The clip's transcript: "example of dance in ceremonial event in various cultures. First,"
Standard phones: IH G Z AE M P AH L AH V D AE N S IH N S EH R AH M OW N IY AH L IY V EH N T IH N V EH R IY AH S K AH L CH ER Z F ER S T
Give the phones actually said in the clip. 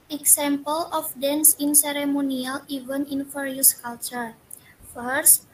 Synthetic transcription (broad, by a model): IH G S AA M P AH L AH F D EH N S IH N S EH R AH M OW N IY AH L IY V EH N IH N F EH R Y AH S K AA L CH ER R F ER S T